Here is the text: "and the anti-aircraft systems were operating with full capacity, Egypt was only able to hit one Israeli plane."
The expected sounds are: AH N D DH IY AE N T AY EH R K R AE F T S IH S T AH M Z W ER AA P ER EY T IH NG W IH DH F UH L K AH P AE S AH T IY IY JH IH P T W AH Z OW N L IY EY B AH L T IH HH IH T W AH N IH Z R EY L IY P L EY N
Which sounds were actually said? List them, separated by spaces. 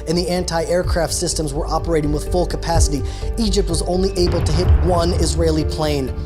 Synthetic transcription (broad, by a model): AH N DH IY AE N T AY EH R K R AE F T S IH S T AH M Z W ER AA P ER EY T IH NG W IH DH F UH L K AH P AE S AH T IY IY JH IH P T W AH Z OW N L IY EY B L T IH HH IH T W AH N IH Z R EY L IY P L EY N